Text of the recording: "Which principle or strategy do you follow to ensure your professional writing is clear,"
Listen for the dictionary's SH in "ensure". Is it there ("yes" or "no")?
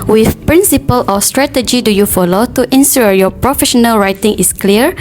no